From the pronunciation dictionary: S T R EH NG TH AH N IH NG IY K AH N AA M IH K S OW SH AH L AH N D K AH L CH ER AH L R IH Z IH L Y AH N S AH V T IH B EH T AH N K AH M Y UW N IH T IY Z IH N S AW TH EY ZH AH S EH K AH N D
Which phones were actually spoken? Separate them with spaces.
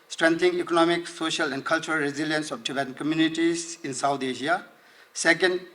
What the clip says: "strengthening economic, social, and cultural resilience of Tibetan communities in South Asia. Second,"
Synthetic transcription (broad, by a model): S T R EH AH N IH NG IY K AH N AA M IH K S OW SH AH L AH N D K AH L CH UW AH L R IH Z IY L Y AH N S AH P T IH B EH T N K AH M Y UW N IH T IY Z IH N S AW T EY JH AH S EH K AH N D